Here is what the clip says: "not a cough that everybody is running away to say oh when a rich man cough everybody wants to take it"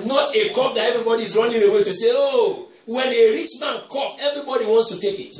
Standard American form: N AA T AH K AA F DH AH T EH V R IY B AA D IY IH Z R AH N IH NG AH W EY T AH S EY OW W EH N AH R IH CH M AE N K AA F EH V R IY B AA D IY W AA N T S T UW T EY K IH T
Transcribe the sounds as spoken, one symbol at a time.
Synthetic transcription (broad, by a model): N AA T AH K AA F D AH T EH V R IY B AA D IY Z R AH N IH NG AH W EY T AH S EY OW W EH N AH R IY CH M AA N K AA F EH V R IY B AA D IY W AA N T S T UW T EY K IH T